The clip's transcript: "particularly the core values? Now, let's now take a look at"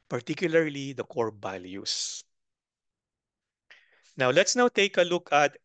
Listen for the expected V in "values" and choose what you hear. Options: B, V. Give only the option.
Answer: B